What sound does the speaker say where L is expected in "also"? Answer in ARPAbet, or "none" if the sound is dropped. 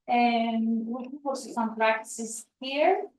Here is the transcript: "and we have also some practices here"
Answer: none